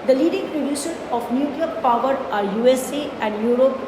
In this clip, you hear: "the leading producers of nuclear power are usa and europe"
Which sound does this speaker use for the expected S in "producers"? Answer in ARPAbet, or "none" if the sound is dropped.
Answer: SH